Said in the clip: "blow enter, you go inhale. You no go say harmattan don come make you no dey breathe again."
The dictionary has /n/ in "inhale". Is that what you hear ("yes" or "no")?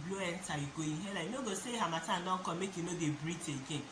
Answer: no